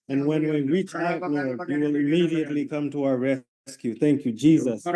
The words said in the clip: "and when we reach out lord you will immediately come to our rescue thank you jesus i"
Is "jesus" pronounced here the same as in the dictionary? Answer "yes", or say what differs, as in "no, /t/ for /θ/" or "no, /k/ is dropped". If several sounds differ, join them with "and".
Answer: yes